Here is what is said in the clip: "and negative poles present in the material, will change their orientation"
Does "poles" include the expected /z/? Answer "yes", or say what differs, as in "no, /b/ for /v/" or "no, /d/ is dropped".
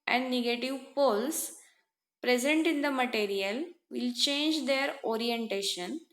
no, /s/ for /z/